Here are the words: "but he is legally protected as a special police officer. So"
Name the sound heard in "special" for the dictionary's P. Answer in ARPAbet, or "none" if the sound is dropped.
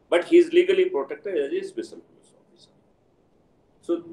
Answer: B